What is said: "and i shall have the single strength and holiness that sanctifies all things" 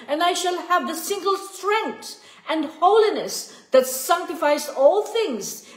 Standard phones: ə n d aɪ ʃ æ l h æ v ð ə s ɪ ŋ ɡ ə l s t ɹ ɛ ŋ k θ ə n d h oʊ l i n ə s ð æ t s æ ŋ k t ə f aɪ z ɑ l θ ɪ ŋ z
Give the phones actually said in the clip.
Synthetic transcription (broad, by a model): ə n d aɪ ʃ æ l h æ v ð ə s ɪ ŋ ɡ ə l s t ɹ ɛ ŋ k t ə n d h oʊ l i n ə s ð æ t s æ ŋ k t ə f aɪ z ɑ l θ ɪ ŋ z